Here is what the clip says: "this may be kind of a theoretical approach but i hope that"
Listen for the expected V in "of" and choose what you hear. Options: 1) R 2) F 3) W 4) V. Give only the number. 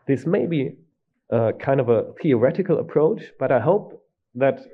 4